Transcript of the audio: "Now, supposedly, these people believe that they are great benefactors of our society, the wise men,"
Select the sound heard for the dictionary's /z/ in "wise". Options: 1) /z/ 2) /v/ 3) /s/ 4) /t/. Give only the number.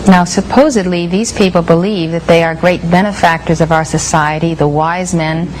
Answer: 1